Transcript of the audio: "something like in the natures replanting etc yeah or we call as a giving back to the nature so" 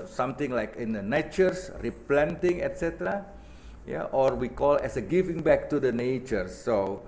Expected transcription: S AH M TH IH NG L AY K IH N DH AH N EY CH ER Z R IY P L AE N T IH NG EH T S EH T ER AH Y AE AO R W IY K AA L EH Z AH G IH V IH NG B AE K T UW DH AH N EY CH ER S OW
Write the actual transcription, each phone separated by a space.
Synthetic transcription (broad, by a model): S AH M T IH NG L AY K IH N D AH N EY CH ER S R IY P L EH N T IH NG EH T S EH T ER AH Y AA AO R W IY K AA L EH S AH G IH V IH NG B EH K T UW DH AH N EY CH ER S OW